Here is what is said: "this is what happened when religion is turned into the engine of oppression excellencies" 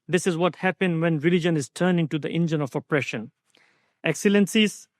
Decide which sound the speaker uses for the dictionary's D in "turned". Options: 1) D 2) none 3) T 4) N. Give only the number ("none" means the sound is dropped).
2